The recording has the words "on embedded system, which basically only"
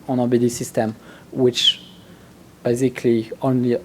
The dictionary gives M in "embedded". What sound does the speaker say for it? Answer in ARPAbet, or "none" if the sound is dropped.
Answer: none